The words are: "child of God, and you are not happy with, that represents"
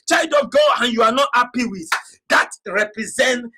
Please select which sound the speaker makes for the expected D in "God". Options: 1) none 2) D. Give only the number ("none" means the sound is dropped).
1